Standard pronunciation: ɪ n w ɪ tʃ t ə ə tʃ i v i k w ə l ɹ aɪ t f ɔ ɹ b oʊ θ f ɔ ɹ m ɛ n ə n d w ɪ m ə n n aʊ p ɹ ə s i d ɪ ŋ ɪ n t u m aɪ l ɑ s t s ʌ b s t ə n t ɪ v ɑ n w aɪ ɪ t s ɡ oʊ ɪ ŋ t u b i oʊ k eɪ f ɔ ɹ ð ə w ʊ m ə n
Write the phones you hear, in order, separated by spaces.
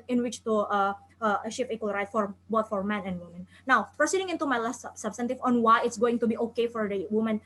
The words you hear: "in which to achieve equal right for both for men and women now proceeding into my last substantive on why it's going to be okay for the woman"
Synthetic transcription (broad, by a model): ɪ n w ɪ tʃ t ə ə ʃ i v i k w ə l ɹ aɪ t f ɔ ɹ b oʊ t f ɔ ɹ m ɛ n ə n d w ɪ m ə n n aʊ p ə s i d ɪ ŋ ɪ n t u m aɪ l ɑ s t s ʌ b s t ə n t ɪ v ɑ n w aɪ ɪ t s ɡ oʊ ɪ ŋ t u b i oʊ k eɪ f ɔ ɹ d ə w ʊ m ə n